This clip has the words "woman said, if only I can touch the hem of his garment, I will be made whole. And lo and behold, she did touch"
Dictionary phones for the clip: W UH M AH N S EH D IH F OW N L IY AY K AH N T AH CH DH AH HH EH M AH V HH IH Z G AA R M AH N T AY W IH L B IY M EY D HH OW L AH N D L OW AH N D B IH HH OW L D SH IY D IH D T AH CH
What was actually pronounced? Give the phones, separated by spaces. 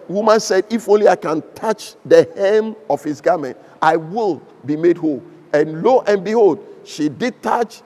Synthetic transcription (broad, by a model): W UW M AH N S EH D IH F OW N L IY AY K AH N T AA CH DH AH HH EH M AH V HH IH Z G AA M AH N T AY W IH L B IY M EY D HH OW L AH N L OW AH N B IH HH OW L D SH IY D IH D T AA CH